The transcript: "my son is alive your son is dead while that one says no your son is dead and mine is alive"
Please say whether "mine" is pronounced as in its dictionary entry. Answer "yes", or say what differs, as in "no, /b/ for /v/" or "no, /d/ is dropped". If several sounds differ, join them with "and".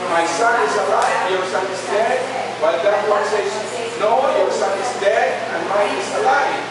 no, /n/ is dropped